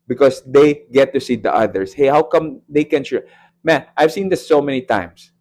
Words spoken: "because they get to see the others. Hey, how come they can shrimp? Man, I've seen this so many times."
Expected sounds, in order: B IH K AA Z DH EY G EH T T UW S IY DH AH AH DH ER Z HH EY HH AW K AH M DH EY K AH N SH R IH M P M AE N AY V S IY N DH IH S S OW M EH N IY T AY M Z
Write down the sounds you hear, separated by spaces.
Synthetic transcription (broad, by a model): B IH K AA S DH EY G EH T T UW S IY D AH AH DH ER S HH EY HH AW K AH M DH EY K AH N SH IH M M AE N AY V S IY N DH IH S S OW M EH N IY T AY M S